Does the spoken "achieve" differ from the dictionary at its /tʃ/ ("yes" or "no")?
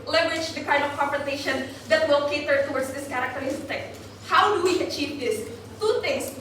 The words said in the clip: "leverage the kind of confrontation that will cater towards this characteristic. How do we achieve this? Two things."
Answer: no